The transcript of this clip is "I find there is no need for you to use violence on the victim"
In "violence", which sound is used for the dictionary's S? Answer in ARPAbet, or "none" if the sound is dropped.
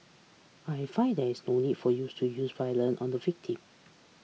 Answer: none